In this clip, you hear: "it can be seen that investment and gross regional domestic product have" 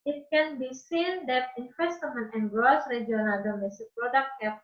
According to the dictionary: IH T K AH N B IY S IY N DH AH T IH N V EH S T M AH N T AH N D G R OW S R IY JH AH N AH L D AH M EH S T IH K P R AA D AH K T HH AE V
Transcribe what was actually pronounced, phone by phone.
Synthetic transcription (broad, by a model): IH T K AH N B IY S IY N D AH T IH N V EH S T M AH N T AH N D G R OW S R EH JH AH N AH L D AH M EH S T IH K P R AA D AH K T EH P